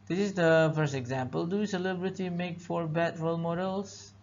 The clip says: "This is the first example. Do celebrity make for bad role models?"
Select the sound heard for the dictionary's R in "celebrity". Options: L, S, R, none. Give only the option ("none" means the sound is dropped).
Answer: R